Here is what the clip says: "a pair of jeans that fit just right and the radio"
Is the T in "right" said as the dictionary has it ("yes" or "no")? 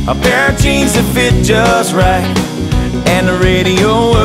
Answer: yes